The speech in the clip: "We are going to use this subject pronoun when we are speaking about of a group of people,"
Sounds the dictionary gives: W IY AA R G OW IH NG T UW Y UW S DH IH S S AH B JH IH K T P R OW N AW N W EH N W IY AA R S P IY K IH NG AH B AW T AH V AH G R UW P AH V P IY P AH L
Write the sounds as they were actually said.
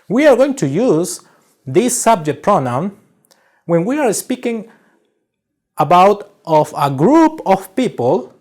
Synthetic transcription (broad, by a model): W IY AA R G OW IH NG T UW Y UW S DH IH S S AH B JH IH K T P R OW N AW N W EH N W IY AA R S P IY K IH NG AH B AW T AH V AH G R UW P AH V P IY P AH L